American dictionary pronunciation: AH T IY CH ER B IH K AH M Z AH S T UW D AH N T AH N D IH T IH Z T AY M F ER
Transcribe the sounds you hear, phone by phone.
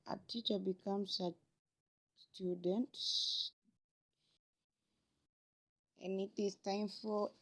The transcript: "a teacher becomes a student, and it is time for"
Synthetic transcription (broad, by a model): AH T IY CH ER B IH K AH M S AH S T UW D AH N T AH N IH T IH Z T AY M F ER